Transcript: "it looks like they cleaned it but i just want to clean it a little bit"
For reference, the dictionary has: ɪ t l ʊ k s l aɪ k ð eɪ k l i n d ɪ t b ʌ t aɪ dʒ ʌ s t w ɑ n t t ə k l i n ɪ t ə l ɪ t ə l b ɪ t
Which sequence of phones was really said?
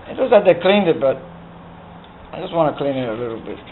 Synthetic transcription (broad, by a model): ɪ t w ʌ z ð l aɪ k ð eɪ k l i n d ɪ t b ʌ t aɪ dʒ ʌ s t w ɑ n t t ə k l i n ɪ t ə l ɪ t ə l b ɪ t